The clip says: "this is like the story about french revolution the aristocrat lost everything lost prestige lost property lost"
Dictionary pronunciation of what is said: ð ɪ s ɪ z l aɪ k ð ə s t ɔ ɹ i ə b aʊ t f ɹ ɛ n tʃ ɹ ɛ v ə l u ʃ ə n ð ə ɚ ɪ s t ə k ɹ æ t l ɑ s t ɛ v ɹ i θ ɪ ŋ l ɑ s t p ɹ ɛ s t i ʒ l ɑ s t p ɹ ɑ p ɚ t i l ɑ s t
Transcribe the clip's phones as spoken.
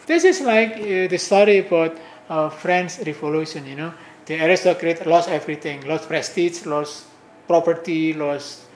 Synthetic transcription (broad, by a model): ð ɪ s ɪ s l aɪ k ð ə s t ɔ ɹ i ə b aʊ t f ɹ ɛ n s ɹ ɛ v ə l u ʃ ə n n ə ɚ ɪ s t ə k ɹ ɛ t l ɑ s ɛ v ɹ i t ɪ ŋ l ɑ s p ɹ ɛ s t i s l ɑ s p ɹ ɑ p ɚ t i l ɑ s